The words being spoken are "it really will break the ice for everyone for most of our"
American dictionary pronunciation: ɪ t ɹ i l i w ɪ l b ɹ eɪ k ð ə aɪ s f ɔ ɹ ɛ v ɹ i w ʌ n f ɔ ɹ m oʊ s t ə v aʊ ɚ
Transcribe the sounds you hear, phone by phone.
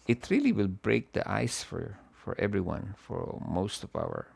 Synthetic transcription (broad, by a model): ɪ t ɹ i l i w ɪ l b ɹ eɪ k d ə aɪ s f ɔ ɹ ɛ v ɹ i w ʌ n f ɔ ɹ m oʊ s t ə v aʊ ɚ